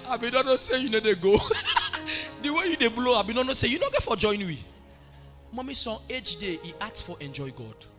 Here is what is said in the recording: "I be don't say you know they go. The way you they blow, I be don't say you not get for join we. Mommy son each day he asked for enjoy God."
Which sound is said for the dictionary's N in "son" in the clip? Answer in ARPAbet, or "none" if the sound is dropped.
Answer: none